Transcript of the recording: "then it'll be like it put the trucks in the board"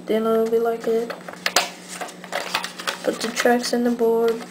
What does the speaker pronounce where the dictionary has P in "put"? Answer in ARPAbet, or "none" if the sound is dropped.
B